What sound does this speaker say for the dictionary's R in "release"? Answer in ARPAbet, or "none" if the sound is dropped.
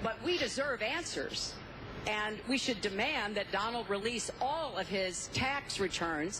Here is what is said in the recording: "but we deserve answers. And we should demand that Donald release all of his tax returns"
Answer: R